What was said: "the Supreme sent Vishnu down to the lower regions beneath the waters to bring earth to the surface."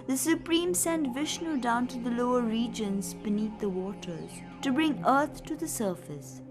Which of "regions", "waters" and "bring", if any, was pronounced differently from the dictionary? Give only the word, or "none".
none